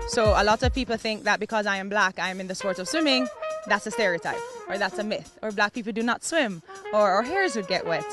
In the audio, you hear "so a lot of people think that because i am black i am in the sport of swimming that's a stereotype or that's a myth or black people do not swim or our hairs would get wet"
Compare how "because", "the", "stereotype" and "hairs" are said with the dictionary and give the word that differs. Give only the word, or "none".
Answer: none